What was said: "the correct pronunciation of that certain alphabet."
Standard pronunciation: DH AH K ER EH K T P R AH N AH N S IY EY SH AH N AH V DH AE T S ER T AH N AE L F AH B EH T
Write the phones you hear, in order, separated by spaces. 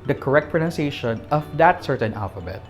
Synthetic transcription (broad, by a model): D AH K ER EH K T P R AH N AH N S IY EY SH AH N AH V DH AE T S ER T AH N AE L F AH B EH T